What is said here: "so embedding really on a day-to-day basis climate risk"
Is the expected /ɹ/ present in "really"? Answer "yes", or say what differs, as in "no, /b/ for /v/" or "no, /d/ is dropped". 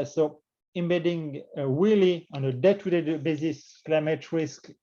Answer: no, /w/ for /ɹ/